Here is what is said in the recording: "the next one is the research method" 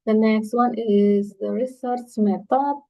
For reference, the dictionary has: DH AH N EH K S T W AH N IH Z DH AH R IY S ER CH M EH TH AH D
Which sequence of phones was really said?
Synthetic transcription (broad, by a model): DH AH N EH K S T W AH N IH Z DH AH R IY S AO S M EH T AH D